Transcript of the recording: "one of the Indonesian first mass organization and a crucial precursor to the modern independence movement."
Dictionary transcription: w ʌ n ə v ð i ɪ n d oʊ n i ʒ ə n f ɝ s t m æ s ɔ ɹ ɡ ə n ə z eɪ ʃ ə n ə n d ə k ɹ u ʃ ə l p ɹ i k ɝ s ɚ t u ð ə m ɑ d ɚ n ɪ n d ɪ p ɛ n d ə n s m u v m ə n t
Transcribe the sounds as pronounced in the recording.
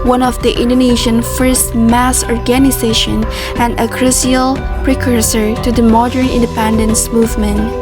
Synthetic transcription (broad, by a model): w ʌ n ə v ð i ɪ n d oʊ n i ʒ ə n f ɝ s t m æ s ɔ ɹ ɡ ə n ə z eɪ ʃ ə n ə n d ə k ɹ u s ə l p ɹ i k ɝ s ɚ t u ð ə m ɑ d ɚ n ɪ n d ɪ p ɛ n d ə n s m u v m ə n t